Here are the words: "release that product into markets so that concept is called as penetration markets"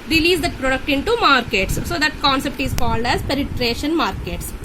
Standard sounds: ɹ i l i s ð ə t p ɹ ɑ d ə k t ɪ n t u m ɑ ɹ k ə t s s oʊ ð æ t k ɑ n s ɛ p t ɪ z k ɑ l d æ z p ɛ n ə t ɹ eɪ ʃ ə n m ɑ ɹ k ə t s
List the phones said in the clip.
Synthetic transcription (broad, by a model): ɹ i l i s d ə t p ɹ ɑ d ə k t ɪ n t u m ɑ ɹ k ə t s s oʊ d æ t k ɑ n s ɛ p t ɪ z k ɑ l d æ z p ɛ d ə t ɹ eɪ ʃ ə n m ɑ ɹ k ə t s